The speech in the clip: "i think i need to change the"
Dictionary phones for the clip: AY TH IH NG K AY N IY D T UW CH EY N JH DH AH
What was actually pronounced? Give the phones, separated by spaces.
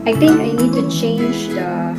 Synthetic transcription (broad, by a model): AY T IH NG K AY N IY D T UW CH EY N JH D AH